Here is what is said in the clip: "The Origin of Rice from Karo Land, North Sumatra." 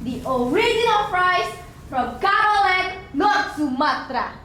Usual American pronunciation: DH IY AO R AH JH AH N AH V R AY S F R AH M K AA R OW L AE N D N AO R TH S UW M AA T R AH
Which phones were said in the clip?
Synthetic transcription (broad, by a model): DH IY AO R AH JH AH N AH P R AY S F R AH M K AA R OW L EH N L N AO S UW M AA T R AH